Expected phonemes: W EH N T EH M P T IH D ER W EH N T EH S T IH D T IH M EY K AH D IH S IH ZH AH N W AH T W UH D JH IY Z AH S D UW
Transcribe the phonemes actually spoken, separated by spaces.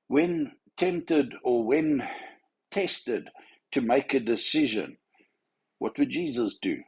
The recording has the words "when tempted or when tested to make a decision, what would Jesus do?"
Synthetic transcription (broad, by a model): W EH N T EH M P T IH D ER W EH N T EH S T IH D T IH M EY K AH D IH S IH ZH AH N W AH T W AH D JH IY Z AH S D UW